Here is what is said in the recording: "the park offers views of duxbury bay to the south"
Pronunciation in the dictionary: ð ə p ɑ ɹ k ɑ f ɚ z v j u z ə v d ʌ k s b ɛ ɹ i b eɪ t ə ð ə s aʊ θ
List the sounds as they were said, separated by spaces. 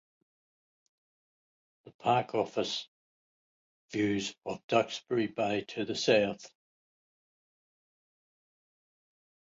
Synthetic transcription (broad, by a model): ð ə p ɑ k ɑ f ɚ s v j u z ə v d ʌ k s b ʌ ɹ i b eɪ t ə ð ə s aʊ θ